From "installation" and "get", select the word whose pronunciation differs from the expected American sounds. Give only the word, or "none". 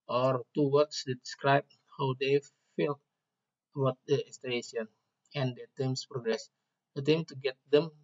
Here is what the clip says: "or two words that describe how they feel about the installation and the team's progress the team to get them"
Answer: installation